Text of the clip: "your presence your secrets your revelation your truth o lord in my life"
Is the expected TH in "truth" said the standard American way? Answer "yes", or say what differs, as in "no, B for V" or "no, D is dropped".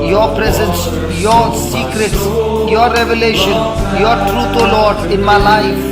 no, T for TH